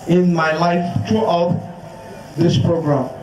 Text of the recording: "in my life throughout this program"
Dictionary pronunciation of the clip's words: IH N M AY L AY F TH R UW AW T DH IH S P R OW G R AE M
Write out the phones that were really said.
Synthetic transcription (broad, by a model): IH N M AY L AY F T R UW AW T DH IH S P R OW G R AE M